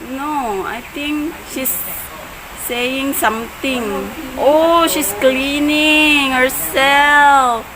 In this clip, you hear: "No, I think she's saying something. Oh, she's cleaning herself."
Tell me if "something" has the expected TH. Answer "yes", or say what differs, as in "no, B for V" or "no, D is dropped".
no, T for TH